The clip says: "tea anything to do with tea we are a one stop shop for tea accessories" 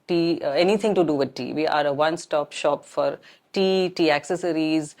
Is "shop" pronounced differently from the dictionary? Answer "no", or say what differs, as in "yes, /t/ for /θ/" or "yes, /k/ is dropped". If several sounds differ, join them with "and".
no